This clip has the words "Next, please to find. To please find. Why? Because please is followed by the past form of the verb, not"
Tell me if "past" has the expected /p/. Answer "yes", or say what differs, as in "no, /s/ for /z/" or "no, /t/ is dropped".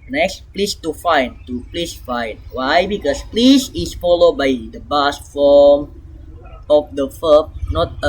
no, /b/ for /p/